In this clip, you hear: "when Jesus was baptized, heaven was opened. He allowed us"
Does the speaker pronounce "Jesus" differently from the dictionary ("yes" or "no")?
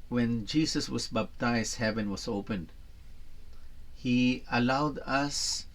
yes